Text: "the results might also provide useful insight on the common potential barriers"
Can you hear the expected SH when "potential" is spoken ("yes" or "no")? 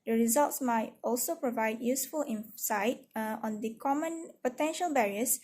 yes